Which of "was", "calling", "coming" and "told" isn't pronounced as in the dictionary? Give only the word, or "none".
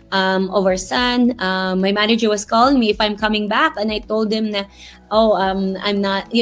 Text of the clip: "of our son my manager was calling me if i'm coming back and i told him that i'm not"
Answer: was